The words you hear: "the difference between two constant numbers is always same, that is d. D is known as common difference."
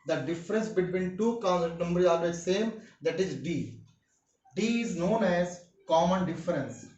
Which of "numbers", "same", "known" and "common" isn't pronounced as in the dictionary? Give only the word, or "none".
numbers